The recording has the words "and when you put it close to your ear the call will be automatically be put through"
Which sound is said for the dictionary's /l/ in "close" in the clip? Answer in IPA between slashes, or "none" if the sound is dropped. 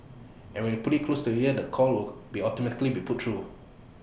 /l/